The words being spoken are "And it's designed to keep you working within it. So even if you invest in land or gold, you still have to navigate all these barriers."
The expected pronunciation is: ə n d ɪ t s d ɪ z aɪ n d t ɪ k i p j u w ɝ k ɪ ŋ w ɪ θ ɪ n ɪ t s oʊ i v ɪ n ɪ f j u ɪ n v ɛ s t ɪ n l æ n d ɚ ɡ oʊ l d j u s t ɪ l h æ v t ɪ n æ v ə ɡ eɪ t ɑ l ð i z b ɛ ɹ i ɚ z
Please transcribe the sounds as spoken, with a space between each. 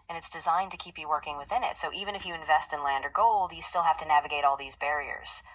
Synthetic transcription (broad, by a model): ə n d ɪ t s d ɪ z aɪ n t ɪ k i p j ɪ w ɝ k ɪ ŋ w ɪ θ ɪ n ɪ t s oʊ i v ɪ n ɪ f j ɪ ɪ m v ɛ s t ɪ n l æ n d ɚ ɡ oʊ l d j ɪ s t ɪ l h æ f t ɪ n æ v ə ɡ eɪ t ɑ l ð i z b ɛ ɹ i ɚ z